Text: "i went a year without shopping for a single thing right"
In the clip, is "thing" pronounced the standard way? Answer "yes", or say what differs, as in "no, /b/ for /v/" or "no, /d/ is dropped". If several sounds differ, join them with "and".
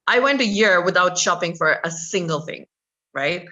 yes